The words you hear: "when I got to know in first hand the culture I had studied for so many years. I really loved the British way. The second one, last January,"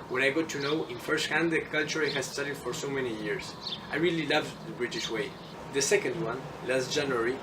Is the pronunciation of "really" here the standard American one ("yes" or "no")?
yes